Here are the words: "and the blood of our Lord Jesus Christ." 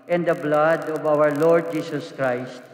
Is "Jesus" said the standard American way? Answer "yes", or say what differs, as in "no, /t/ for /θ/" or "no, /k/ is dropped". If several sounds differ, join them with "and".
no, /s/ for /z/